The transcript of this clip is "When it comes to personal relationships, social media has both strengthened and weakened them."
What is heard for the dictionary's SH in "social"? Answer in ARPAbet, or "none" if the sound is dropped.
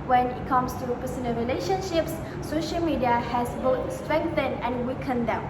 SH